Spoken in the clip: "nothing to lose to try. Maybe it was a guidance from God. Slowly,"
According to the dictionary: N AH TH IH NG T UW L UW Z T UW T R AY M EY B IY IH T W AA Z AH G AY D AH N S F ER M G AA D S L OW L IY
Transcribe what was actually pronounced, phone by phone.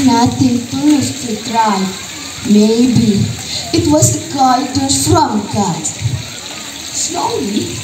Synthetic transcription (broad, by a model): N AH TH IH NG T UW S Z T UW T R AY M EY B IY IH T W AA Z AH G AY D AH S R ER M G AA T S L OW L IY